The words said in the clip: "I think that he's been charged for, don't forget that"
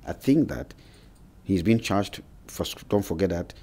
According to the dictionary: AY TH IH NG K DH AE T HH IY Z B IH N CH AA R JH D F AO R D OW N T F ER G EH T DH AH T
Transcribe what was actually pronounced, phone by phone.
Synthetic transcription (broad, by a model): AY TH IH NG K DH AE T HH IY Z B IH N CH AA R JH D F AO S D OW N T F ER G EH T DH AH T